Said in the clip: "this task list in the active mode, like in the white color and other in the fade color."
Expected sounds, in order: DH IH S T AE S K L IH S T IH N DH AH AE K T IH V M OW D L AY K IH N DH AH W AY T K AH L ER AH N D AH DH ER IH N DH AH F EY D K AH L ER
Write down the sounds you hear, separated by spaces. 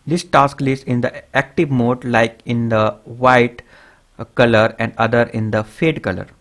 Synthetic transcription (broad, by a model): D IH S T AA S K L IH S IH N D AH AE K T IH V M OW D L AY K IH N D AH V AY T K AH L ER AH N D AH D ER IH N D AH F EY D K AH L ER